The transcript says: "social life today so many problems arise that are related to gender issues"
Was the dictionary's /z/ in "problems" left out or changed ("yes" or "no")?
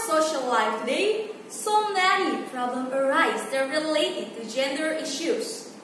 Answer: yes